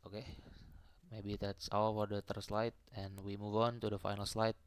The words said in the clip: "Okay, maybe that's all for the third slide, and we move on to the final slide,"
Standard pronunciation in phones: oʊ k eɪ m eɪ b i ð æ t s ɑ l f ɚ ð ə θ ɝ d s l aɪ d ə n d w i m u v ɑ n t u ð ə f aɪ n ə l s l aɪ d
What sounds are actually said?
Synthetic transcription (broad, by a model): oʊ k eɪ m eɪ b i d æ t s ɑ w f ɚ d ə t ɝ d s l aɪ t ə n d w i m u v ɑ n t u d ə f aɪ n ə l s l aɪ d